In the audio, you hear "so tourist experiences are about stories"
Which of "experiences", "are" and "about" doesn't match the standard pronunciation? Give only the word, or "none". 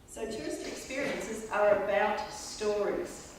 none